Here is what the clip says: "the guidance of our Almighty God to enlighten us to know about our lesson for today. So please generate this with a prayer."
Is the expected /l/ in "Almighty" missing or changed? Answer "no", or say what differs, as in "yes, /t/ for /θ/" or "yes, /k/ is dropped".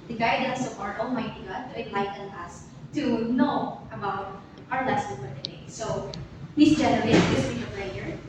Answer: yes, /l/ is dropped